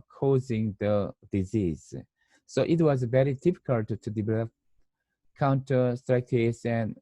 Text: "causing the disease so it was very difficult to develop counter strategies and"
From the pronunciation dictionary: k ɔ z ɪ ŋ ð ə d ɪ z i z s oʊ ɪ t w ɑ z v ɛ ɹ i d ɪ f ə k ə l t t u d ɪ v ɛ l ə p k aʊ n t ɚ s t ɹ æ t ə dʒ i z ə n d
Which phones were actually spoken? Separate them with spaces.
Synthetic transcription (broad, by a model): k ɔ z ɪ ŋ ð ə d ɪ z i z s oʊ ɪ t w ɑ z v ɛ ɹ i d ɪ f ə k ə l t t u d ɪ v ɛ l ə p k aʊ n t ɚ s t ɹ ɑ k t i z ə n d